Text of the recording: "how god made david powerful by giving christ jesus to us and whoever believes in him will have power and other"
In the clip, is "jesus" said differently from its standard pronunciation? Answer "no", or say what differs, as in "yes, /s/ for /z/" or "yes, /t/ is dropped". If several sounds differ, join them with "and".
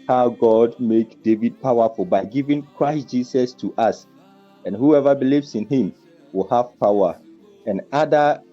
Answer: yes, /s/ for /z/